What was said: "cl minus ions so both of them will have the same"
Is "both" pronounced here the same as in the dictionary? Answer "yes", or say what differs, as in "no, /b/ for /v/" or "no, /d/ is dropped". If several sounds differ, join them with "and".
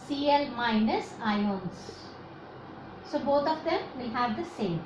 no, /t/ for /θ/